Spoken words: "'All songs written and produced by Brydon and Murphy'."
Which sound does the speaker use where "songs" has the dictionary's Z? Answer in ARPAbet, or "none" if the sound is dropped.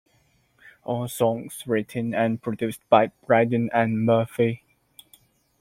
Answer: S